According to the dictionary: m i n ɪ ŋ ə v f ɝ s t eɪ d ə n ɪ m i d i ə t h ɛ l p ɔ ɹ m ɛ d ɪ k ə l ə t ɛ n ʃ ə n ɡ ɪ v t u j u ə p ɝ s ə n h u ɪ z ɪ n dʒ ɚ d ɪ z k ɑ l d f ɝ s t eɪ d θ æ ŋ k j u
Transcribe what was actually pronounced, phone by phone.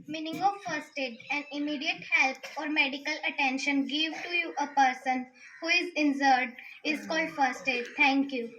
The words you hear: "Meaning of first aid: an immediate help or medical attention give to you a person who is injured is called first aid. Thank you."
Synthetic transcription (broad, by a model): m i n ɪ ŋ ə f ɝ s t eɪ d ə n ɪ m i d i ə t h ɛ l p ɔ ɹ m ɛ d ɪ k ə l ə t ɛ n ʃ ə n ɡ ɪ v t u j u ə p ɝ s ə n h u ɪ z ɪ n z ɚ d ɪ z k ɑ l d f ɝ s t eɪ d t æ ŋ k j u